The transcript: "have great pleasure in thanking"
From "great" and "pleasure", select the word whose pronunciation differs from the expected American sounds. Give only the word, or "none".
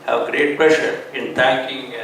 pleasure